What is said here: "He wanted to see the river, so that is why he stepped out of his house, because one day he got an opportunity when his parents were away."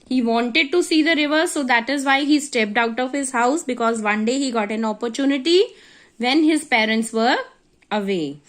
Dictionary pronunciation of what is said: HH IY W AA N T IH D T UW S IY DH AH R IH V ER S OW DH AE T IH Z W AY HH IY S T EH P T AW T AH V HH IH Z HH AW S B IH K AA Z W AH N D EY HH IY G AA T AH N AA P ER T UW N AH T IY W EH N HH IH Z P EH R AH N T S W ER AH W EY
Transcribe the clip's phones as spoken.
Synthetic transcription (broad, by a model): HH IY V AA N T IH D T UW S IY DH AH R IH V ER S OW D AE T IH Z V AY HH IY S T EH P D AW T AH V HH IH Z HH AW S B IH K AA Z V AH N D EY HH IY G AA T AH N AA P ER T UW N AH T IY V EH N HH IH Z P EH R AH N T S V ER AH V EY